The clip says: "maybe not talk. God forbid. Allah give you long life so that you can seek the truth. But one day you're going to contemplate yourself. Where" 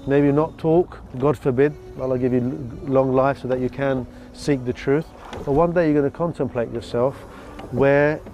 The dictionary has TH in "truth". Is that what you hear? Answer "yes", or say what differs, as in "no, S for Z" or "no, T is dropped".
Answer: yes